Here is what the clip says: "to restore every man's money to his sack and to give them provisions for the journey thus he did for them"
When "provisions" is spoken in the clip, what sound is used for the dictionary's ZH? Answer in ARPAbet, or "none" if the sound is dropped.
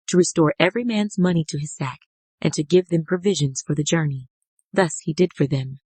ZH